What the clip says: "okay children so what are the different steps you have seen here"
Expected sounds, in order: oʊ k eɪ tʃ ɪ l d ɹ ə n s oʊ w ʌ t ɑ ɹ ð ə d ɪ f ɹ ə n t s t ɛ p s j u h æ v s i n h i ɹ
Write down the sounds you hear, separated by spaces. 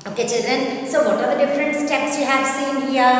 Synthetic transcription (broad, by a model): oʊ k eɪ tʃ ɪ l d ɹ ə n s oʊ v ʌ t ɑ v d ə d ɪ f ɹ ə n t s t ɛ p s j u h æ v s i n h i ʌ